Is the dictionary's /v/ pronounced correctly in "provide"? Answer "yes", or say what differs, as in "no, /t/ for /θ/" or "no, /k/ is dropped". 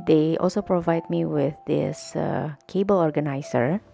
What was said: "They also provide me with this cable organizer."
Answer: yes